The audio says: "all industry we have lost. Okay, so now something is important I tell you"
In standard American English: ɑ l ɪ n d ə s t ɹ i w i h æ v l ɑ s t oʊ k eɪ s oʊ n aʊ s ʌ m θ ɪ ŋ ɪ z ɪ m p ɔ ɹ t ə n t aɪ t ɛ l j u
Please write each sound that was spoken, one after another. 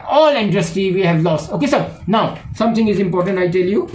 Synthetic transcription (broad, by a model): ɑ l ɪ n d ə s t i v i h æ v l ɑ s t oʊ k eɪ s oʊ n aʊ s ʌ m t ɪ ŋ ɪ z ɪ m p ɔ ɹ t ə n t aɪ t ɛ l j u